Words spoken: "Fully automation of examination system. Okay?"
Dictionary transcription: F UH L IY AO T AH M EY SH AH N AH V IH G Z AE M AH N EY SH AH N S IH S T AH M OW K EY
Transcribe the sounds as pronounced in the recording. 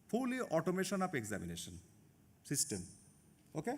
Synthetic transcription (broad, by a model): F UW L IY AO T AH M EY SH AH N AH P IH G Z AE M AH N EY SH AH N S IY S T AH M OW K EY